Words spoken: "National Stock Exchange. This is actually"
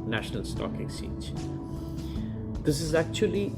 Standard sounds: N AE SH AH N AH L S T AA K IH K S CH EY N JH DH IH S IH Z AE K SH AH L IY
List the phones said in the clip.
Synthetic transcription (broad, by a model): N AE SH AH N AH L S T AA K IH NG S IY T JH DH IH S IH Z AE K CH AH L IY